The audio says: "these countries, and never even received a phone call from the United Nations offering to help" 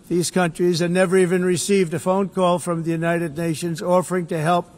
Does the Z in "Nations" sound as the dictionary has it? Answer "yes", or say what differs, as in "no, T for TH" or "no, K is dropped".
yes